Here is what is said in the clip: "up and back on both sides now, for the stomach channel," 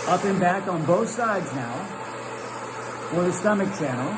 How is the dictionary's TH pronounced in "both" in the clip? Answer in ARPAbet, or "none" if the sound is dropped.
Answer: TH